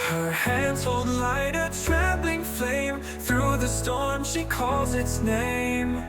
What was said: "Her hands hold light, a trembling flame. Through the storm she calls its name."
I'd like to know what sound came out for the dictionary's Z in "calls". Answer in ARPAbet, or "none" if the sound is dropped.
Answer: Z